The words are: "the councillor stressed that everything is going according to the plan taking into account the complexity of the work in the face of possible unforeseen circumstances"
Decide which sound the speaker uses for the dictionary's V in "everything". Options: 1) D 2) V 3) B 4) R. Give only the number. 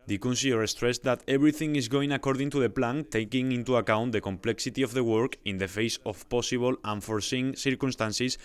3